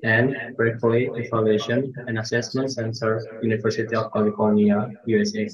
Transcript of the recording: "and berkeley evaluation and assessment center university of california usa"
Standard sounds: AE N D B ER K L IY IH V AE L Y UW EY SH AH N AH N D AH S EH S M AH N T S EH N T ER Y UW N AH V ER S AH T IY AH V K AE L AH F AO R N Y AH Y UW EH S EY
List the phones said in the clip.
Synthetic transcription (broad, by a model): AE N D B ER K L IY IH F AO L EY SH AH N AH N AH S EH S M AH N T S EH N T ER Y UW N AH V ER S AH T IY AH V K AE L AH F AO R N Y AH Y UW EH S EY